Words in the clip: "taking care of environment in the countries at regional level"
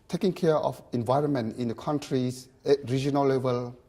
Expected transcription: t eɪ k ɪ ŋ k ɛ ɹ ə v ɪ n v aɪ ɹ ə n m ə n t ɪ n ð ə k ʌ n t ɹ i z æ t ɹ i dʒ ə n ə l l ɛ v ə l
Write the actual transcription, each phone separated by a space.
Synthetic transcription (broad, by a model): t eɪ k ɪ ŋ k ɛ ɹ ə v ɪ n v aɪ ɹ ə n m ə n t ɪ n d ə k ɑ n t ɹ i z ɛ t ɹ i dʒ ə n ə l l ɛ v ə l